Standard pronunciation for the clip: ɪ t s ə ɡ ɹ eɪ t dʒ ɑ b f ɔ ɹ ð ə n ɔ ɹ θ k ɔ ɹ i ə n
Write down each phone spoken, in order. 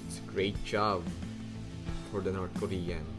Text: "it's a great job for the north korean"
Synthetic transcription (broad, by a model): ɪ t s ɡ ɹ eɪ t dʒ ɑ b f ɔ ɹ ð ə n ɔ ɹ t k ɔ ɹ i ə n